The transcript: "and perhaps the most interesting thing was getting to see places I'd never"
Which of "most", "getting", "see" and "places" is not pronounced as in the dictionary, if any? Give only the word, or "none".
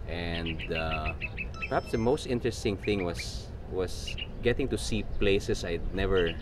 places